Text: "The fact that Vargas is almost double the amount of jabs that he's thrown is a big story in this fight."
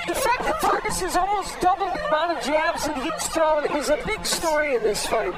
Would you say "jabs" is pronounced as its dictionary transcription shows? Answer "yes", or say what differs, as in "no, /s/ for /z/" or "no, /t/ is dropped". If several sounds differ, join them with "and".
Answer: yes